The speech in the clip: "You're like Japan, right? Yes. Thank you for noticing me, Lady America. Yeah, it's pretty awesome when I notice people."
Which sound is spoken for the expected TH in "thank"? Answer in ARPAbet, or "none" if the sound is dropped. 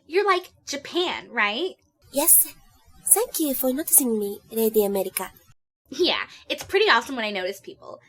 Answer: S